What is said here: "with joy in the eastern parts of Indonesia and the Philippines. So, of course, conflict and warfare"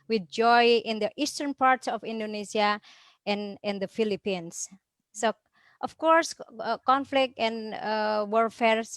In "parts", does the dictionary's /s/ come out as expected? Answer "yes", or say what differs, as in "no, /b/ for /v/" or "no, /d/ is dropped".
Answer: yes